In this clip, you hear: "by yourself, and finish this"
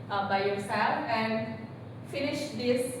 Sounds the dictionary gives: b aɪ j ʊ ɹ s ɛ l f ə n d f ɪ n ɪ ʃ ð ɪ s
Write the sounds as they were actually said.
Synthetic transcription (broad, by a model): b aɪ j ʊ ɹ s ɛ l ə n d f ɪ n ɪ ʃ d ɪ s